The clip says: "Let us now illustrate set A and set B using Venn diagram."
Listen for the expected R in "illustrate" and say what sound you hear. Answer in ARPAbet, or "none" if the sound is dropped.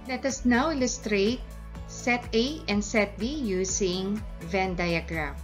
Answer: R